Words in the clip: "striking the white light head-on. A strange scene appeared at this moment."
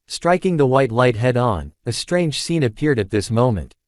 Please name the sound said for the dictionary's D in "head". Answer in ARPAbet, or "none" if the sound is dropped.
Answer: D